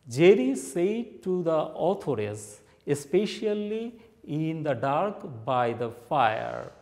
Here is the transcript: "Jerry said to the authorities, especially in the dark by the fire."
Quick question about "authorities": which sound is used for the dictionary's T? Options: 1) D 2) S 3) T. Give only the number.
2